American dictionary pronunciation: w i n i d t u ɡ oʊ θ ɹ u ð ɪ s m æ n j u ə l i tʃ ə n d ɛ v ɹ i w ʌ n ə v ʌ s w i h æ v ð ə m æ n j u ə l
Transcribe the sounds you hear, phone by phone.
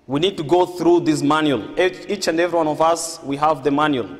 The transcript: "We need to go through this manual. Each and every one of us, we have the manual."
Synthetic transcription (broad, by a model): w i n i d t u ɡ oʊ θ ɹ u ð ɪ s m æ n j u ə l i tʃ ə n d ɛ v ɹ i w ʌ n ə v ʌ s w i h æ v ð ə m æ n j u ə l